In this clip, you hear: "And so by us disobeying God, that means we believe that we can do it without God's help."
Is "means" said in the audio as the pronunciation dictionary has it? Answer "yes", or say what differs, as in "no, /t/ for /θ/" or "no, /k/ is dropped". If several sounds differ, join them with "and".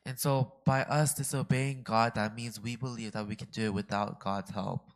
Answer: yes